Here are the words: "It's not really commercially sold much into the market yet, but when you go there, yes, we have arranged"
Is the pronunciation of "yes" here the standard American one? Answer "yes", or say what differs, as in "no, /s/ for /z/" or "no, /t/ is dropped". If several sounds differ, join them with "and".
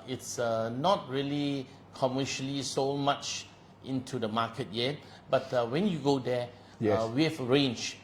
no, /s/ is dropped